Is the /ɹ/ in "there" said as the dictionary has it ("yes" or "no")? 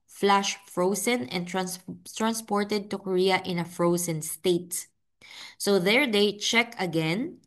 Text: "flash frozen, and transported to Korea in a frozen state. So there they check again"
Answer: yes